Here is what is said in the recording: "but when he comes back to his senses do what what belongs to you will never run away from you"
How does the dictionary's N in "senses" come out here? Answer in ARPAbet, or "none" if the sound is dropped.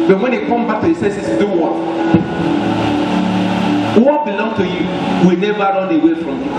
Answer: none